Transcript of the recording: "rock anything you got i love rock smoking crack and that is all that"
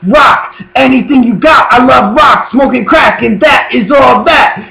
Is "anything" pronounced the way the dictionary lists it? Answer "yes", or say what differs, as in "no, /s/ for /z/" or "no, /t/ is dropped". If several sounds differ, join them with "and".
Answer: yes